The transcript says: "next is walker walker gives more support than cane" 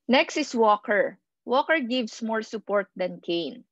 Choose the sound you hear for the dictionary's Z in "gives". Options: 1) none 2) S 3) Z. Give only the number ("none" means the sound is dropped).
2